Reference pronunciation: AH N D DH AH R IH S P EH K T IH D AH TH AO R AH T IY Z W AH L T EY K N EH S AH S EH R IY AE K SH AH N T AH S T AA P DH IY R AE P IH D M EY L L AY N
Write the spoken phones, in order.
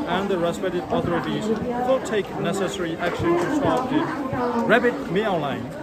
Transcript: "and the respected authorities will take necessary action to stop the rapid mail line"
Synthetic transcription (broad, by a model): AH N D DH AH R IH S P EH T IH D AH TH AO R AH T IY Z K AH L T EY K N EH S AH S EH R IY AE K SH AH N T AH S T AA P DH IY R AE B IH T M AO N L AY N